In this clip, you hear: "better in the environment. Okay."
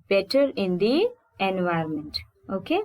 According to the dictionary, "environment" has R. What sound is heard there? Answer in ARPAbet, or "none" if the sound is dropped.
none